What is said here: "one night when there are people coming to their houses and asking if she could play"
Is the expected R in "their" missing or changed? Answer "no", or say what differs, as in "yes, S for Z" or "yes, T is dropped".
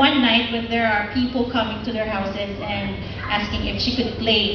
no